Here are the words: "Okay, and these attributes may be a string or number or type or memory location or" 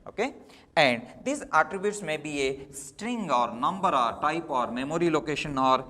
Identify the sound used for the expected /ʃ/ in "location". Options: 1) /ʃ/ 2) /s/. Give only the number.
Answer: 1